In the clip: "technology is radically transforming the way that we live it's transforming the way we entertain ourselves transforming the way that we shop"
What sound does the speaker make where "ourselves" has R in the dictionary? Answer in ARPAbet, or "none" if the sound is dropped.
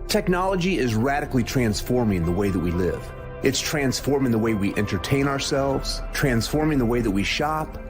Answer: R